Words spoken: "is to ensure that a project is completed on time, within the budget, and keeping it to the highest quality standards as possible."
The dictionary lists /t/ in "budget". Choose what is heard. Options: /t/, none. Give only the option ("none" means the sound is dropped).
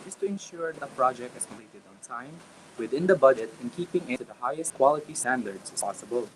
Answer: /t/